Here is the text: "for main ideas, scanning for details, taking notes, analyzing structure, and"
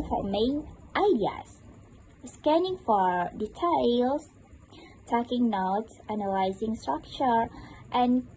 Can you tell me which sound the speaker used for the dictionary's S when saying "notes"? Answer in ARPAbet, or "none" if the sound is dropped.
none